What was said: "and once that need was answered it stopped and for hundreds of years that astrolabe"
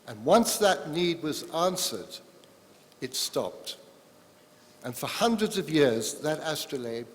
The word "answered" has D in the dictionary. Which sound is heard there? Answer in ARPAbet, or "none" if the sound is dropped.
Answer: D